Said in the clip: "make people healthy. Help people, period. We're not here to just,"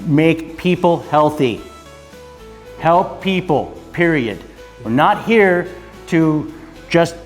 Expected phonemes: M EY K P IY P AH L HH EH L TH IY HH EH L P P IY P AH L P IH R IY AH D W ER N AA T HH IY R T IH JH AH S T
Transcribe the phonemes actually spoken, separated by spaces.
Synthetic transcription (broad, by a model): M EY K P IY P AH L HH EH L TH IY HH EH L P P IY P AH L P IH R IY AH D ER N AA T HH IY R T IH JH AH S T